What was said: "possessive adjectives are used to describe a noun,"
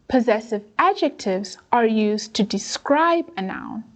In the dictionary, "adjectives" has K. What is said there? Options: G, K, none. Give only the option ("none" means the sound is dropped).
K